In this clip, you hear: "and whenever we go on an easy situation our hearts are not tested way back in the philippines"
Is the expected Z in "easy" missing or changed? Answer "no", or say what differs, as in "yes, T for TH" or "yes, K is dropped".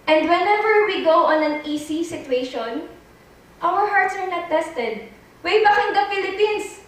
yes, S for Z